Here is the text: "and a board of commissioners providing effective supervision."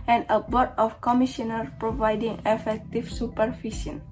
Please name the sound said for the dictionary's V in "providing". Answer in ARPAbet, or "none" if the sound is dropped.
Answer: V